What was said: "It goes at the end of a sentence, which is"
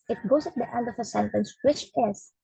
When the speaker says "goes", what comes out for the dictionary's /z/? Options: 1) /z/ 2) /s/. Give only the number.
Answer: 2